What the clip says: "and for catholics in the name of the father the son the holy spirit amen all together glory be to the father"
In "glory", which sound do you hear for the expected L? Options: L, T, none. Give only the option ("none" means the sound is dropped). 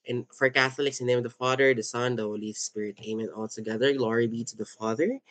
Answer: L